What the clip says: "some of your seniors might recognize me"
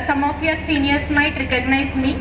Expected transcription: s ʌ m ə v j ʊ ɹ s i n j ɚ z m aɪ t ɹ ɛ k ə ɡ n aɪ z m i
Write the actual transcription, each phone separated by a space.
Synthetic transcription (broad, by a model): s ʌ m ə p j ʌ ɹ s i n j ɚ s m aɪ t ɹ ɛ k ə ɡ n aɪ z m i